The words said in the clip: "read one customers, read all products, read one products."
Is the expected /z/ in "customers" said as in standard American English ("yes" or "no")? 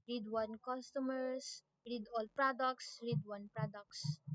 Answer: no